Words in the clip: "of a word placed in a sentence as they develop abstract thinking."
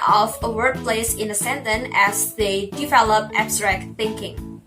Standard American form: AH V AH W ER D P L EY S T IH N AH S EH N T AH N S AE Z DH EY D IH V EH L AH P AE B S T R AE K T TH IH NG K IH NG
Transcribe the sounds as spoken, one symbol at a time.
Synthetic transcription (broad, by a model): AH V AH W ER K P L EY S IH N AH S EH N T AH N AE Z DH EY D IH V EH L AH P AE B S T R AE K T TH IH NG K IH NG